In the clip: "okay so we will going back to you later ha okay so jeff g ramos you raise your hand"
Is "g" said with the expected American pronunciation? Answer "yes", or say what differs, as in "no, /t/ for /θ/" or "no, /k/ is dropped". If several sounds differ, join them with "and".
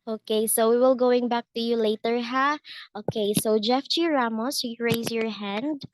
no, /tʃ/ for /dʒ/